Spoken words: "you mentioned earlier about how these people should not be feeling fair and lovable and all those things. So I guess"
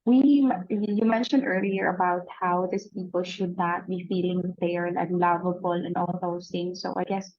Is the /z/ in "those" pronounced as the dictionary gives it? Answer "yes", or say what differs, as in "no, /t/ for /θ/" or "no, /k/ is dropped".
no, /s/ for /z/